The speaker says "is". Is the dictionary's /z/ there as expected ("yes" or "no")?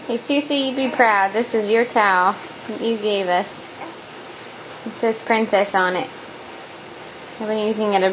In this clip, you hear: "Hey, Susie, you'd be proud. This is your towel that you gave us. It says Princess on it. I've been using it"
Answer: yes